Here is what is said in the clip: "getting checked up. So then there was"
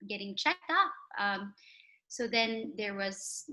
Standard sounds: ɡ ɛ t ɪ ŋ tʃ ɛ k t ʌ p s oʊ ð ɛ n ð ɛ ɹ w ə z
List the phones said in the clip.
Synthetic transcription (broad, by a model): ɡ ɛ t ɪ ŋ tʃ ɛ k t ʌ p s oʊ ð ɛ n ð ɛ ɹ w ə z